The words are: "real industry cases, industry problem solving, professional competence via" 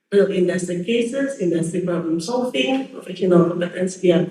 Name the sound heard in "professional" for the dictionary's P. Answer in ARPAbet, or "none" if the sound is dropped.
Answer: F